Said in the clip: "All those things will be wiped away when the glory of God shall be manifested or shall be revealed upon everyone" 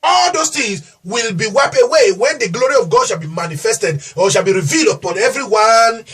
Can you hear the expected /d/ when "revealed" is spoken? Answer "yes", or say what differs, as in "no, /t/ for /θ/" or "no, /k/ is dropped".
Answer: yes